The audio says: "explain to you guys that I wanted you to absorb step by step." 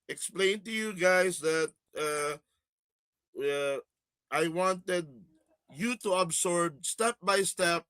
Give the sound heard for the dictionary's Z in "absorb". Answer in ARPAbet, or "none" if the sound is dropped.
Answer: S